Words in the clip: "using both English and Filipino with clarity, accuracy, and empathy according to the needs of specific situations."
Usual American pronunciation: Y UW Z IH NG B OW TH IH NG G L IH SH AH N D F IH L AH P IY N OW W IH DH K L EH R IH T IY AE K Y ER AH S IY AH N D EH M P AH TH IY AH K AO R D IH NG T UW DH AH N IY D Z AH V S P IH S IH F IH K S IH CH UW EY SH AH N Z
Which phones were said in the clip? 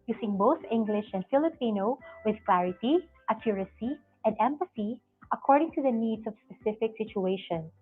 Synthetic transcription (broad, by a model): Y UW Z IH NG B OW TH IH NG G L IH SH AH N D F IH L AH P IY N OW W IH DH K L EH R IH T IY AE K Y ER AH S IY AH N D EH M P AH S IY AH K AO R D IH NG T UW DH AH N IY D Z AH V S P IH S IH F IH K S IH CH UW EY SH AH N